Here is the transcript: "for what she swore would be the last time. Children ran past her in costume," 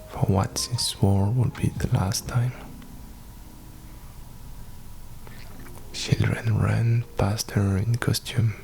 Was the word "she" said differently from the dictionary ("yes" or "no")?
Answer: yes